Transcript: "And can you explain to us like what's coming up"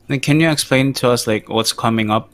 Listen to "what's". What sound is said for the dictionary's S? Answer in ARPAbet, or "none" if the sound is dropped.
S